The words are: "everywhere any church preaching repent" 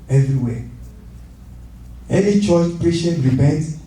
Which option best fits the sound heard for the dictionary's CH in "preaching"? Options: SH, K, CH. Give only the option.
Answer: SH